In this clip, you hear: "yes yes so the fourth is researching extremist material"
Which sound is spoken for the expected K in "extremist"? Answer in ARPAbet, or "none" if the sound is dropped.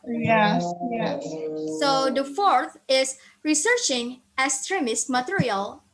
none